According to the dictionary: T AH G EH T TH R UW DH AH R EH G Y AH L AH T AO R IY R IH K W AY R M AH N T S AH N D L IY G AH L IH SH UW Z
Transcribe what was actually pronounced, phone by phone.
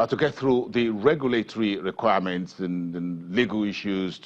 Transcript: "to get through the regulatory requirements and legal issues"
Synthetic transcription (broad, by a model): T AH G EH T TH R UW DH AH R EH G Y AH L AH T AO R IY R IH K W AY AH M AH N T S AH N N L IY G AH L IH SH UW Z